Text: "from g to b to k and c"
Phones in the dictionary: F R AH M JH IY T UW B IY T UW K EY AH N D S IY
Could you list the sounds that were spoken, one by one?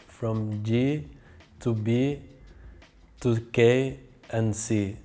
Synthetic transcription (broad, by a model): F R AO M JH IY T UW B IY T UW K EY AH N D S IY